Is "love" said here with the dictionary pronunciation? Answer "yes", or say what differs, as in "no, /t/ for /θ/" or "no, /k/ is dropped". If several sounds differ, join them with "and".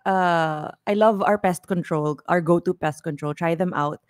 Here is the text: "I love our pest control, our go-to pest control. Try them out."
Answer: yes